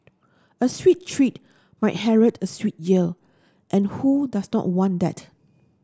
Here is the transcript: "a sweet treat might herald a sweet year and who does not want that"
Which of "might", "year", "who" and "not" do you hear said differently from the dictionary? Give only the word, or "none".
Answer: year